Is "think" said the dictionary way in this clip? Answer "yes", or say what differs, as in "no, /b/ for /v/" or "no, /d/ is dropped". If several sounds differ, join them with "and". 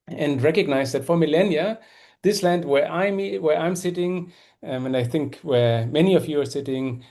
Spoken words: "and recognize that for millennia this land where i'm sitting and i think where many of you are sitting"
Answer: yes